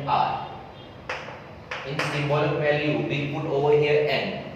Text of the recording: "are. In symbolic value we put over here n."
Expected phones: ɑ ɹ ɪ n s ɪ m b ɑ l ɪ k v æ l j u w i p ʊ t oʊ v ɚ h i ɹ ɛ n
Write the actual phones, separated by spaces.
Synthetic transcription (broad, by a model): ɑ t ɪ n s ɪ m ɑ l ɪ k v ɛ l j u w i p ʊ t oʊ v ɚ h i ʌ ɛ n